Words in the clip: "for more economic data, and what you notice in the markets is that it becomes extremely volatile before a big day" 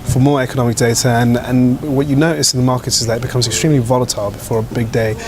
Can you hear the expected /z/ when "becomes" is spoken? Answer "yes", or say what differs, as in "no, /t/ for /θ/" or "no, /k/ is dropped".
yes